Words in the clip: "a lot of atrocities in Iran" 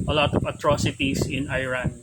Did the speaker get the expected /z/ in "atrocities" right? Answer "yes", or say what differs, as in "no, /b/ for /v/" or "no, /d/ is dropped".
no, /s/ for /z/